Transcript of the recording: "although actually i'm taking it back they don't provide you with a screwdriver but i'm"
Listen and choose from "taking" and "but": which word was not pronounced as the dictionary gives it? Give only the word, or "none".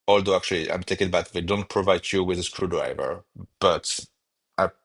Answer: taking